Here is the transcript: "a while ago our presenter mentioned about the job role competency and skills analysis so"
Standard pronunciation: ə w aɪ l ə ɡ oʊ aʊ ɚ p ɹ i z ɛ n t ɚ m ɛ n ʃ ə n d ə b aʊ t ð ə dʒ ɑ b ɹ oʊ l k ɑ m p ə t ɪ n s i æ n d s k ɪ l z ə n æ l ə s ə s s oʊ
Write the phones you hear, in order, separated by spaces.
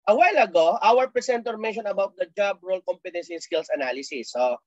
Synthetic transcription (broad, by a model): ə w aɪ l ə ɡ oʊ aʊ ɚ p ɹ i s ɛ n t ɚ m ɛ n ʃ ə n ə b aʊ t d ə dʒ ɑ b ɹ oʊ l k ɑ m p ə t ɪ n s i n s k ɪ l s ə n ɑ l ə s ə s s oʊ